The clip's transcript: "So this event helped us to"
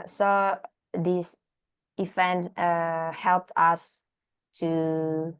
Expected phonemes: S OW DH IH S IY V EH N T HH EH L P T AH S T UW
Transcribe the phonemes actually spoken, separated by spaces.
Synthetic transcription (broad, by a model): S OW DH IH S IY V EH N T HH EH L P T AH S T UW